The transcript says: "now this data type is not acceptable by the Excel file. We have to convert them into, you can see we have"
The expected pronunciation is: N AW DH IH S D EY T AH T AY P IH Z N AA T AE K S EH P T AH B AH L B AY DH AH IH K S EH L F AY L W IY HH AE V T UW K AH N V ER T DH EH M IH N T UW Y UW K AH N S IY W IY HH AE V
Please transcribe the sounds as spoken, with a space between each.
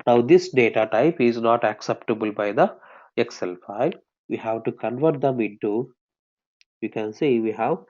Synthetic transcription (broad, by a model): N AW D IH S D EY T AH T AY P IH Z N AA T AE K S EH P T AH B AH L B AY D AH IH K S EH L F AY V IY HH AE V T UW K AH N V ER T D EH M IH N T UW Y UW K AH N S IY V IY HH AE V